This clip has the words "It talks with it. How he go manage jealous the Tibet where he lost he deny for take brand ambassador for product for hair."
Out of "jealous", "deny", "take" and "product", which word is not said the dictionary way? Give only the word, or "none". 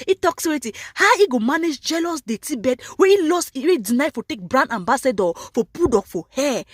product